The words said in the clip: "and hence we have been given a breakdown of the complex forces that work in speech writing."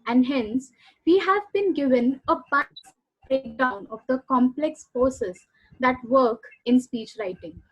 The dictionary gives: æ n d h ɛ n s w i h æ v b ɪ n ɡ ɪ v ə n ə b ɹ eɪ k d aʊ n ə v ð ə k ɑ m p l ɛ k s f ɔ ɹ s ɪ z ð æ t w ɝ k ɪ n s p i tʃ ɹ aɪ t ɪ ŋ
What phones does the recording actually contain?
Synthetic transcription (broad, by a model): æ n d h ɛ n s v i h æ v b ɪ n ɡ ɪ v ə n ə b ɹ eɪ k d aʊ n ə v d ə k ɑ m p l ɛ k s p ɔ s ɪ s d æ t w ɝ k ɪ n s p i tʃ ɹ aɪ t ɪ ŋ